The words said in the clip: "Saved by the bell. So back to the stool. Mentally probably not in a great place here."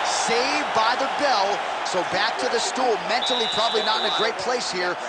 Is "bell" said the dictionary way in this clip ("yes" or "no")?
yes